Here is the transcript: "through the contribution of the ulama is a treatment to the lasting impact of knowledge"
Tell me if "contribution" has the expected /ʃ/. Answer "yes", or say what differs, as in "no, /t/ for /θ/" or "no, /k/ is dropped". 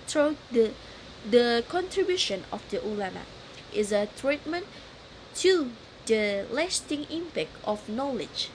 yes